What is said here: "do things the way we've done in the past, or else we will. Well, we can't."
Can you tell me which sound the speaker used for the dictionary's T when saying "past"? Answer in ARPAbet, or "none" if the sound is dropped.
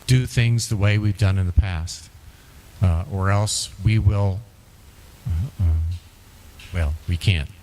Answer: T